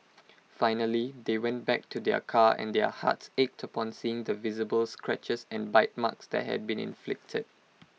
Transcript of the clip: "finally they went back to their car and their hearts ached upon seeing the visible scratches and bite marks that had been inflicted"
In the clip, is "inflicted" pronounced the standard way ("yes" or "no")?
yes